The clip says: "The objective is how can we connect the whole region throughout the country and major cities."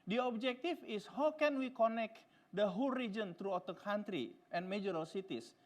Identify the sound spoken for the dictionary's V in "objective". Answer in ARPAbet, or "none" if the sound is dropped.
F